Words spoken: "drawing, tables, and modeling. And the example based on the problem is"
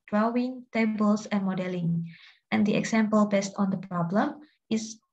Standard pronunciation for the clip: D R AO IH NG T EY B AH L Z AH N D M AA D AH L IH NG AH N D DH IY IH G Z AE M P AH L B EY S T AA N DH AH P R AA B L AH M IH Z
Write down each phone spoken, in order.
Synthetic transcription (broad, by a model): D R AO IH NG T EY B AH L S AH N M AA D AH L IH NG AH N D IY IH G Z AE M P AH L B EY S T AA N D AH P R AA B L AH M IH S